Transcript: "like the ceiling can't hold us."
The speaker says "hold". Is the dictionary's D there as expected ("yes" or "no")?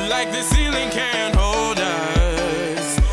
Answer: yes